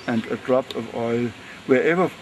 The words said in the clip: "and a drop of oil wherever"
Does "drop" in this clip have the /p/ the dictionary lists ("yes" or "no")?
yes